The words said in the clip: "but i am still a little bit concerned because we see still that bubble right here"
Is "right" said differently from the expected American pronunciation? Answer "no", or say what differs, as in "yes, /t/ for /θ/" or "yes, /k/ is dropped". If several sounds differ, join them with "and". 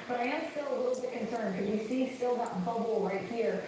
no